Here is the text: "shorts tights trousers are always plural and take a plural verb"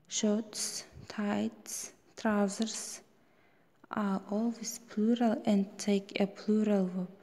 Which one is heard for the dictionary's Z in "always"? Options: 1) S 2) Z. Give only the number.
1